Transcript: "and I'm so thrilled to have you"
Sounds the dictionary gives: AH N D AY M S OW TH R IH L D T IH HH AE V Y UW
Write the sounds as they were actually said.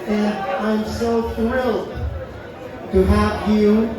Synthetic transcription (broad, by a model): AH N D AY M S OW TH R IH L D T IH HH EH P Y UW